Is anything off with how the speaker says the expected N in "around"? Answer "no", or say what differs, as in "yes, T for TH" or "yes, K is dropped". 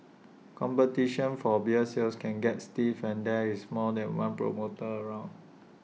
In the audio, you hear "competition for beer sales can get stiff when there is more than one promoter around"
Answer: no